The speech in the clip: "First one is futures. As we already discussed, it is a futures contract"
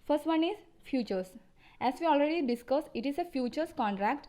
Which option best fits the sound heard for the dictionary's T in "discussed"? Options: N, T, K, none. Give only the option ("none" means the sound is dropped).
none